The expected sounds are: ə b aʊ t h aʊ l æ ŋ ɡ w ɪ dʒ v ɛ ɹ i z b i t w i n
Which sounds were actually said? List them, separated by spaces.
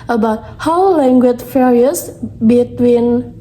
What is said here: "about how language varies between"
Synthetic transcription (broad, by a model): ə b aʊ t h aʊ l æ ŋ ɡ w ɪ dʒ f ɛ ɹ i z b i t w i n